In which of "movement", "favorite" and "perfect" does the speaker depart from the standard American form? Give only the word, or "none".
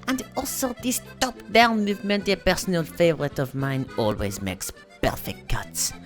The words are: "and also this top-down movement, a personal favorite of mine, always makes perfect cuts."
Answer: none